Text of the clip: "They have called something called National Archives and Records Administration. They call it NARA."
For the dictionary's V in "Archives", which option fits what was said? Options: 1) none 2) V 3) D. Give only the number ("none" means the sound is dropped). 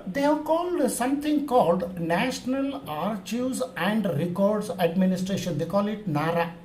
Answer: 1